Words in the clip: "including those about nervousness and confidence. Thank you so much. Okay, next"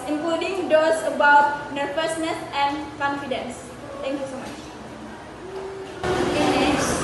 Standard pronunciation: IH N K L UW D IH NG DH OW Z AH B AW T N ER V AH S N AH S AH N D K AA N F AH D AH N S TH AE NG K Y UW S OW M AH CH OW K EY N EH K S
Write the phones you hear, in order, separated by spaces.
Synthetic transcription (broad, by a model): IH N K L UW D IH NG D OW S AH B AW T N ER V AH S N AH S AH N K AA N F AH D AH N S T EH NG K Y UW S OW M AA CH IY EY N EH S